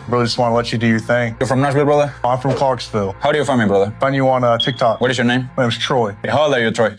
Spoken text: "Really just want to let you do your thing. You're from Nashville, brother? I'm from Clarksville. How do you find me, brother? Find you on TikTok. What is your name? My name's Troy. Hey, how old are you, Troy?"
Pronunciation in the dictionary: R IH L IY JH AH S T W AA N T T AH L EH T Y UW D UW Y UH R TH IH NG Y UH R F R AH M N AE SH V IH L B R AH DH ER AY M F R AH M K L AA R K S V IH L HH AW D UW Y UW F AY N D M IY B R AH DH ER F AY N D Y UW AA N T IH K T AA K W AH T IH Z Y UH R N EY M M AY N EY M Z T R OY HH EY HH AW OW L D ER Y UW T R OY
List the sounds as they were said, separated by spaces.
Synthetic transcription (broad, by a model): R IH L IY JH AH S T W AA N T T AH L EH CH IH D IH Y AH R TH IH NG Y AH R F R AH M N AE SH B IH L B R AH DH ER AY M F R AH M K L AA R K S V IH L HH AW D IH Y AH F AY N M IY B R AH DH ER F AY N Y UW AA N T IH K T AA K W AH T IH Z Y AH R N EY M M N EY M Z T R OY HH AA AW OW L ER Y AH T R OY